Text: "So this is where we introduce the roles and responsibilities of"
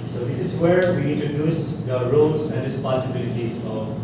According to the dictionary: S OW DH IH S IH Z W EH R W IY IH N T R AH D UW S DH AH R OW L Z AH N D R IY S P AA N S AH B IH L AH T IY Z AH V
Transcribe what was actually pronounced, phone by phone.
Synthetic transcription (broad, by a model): S OW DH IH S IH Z W EH R W IY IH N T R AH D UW S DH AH R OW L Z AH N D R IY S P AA S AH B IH L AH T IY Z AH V